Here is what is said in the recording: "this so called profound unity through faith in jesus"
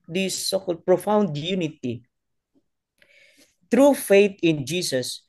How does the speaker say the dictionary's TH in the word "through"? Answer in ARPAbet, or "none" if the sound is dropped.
T